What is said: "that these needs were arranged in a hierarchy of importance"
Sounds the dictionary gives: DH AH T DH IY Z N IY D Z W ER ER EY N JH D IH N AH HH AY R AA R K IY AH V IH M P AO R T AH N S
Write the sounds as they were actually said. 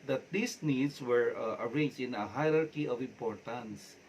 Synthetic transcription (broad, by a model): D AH T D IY S N IY D S W ER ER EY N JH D IH N AH HH AY R AA R K IY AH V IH M P AO R T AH N S